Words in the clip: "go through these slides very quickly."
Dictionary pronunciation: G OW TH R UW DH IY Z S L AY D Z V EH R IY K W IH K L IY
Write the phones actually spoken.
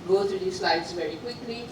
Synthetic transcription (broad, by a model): G OW T R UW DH IY S L AY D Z V EH R IY K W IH K L IY